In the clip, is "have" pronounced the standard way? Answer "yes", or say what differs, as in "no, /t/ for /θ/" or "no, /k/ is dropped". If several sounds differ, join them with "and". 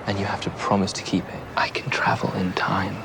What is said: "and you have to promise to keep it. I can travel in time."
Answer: no, /f/ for /v/